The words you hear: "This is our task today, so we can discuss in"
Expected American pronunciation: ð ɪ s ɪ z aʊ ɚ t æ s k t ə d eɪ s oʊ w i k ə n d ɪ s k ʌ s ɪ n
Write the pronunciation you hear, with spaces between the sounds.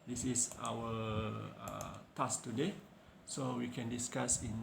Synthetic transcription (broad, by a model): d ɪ s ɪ s aʊ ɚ t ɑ s t ə d eɪ s oʊ w i k ə n d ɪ s k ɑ s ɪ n